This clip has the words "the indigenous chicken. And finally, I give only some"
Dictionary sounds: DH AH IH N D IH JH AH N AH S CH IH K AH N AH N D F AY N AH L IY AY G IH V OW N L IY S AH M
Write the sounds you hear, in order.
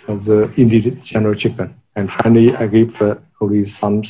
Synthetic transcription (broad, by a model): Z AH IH N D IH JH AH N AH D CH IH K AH N AH N D F AY N AH L IY AY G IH P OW L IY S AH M